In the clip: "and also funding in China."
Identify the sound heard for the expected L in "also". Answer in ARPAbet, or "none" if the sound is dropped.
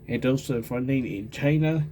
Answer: none